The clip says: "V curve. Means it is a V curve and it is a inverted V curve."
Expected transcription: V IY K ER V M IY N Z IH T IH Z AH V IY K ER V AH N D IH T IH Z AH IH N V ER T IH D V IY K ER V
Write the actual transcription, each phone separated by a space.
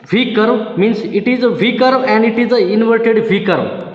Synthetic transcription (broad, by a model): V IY K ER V M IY N S IH T IH Z AH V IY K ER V AH N D IH T IH Z AH IH N V ER T IH D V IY K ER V